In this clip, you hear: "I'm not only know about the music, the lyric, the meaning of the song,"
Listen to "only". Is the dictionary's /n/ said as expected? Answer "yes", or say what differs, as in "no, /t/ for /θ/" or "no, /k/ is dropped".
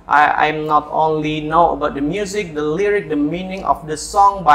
yes